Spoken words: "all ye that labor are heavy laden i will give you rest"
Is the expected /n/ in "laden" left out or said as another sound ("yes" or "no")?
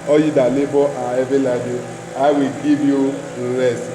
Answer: yes